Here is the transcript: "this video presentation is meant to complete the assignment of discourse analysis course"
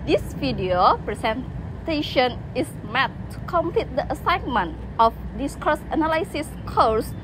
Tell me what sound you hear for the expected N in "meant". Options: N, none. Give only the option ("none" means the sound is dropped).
none